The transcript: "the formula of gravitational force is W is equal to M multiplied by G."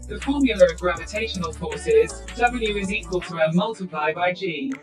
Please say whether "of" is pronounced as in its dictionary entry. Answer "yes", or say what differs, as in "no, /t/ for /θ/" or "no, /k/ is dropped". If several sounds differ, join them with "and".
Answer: yes